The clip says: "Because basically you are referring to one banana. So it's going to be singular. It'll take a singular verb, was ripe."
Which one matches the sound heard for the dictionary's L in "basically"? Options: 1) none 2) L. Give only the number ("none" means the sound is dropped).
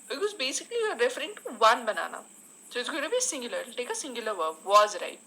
1